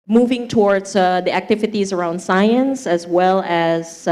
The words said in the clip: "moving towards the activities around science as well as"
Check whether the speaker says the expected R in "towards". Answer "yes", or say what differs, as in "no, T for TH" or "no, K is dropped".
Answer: yes